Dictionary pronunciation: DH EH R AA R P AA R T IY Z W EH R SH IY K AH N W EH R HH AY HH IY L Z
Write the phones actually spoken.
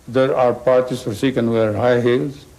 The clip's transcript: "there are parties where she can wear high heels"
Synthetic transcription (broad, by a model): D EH R AA R P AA R T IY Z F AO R S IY K AH N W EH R HH AY HH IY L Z